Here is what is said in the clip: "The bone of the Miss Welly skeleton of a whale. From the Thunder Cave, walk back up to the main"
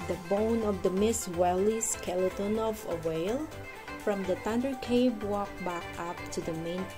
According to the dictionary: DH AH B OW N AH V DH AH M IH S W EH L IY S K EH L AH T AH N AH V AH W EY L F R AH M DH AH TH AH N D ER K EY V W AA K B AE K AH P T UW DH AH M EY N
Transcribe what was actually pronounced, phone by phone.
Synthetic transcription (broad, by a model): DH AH B OW N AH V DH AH M IH S W EH L IY S K EH L AH T AH N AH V AH W EY L F R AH M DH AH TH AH N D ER K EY B W AA K B AE K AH P T UW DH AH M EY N